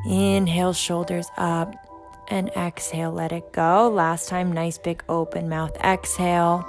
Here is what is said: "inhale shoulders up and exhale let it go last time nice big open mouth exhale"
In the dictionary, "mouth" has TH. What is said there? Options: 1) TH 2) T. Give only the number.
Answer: 1